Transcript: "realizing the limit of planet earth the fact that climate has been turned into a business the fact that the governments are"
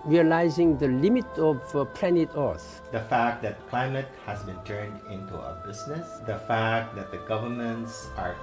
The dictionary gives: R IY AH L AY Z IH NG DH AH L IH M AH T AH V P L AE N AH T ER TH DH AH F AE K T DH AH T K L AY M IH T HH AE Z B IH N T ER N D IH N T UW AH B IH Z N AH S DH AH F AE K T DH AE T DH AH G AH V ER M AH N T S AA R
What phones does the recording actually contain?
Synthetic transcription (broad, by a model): R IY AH L AY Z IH NG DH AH L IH M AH T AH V P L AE N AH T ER S DH AH F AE K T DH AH T K L AY M IH T HH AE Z B IH N T ER N D IH N T UW AH B IH Z N AH S DH AH F AE K T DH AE T DH AH G AH V ER M AH N T S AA R